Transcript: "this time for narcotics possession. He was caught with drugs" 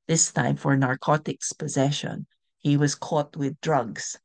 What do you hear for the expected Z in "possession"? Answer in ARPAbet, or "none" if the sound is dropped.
Z